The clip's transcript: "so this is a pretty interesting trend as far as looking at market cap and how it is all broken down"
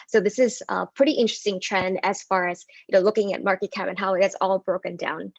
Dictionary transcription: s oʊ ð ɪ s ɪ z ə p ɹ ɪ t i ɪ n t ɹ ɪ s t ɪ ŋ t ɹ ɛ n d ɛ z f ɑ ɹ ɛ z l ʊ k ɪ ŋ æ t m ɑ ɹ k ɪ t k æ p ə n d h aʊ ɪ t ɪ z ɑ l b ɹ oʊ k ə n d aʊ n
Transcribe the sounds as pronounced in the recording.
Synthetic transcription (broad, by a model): s oʊ ð ɪ s ɪ z ə p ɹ ɪ t i ɪ n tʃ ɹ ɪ s t ɪ ŋ t ɹ ɛ n d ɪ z f ɑ ɹ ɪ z l ʊ k ɪ ŋ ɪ t m ɑ ɹ k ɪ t k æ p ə n h aʊ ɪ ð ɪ s ɑ l b ɹ oʊ k ə n d aʊ n